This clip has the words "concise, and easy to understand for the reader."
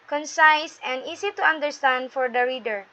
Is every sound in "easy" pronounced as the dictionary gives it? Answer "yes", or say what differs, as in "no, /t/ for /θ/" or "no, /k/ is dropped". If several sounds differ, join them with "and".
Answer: no, /s/ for /z/